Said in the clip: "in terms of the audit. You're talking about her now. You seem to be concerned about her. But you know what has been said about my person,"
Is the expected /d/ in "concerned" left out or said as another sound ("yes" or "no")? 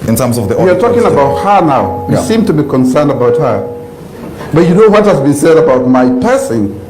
no